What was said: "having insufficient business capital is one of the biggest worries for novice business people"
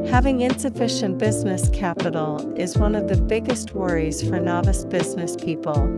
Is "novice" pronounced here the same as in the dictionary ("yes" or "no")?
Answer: yes